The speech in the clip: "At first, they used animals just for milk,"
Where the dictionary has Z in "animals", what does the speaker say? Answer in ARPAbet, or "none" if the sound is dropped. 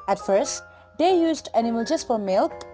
none